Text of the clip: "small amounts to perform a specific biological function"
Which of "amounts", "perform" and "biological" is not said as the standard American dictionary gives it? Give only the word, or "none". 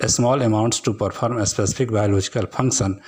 perform